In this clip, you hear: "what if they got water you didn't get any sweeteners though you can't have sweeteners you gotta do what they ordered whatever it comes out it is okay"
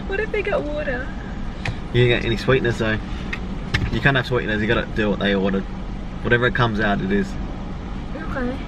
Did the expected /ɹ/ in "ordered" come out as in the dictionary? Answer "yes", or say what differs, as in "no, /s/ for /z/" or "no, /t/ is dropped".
no, /w/ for /ɹ/